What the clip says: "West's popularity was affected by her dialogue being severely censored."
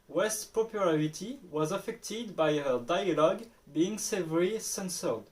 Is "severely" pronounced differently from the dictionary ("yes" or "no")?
yes